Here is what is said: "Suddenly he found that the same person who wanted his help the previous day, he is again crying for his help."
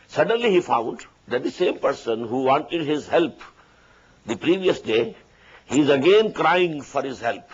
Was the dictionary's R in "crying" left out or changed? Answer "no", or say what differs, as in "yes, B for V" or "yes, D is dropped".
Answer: no